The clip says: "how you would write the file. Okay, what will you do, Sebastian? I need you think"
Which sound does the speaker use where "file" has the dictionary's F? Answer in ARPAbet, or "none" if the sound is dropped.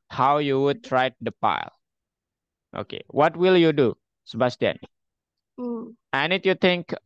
P